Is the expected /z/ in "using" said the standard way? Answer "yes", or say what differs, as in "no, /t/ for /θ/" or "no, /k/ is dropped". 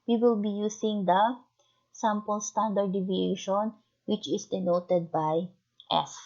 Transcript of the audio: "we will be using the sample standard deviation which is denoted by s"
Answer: no, /s/ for /z/